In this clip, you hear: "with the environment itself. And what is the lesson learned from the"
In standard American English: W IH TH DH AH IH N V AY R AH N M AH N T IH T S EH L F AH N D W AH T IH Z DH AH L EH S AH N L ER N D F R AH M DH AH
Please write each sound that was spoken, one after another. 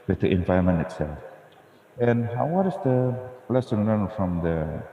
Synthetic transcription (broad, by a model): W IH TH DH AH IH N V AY AH M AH N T IH T S EH L F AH N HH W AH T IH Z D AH L EH S AH N L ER N F R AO M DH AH